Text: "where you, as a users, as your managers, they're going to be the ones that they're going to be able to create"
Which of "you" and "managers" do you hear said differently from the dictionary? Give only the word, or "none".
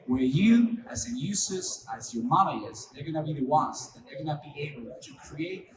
managers